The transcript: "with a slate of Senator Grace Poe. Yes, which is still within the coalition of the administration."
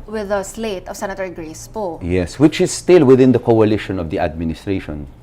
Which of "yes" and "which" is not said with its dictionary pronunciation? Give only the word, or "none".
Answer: none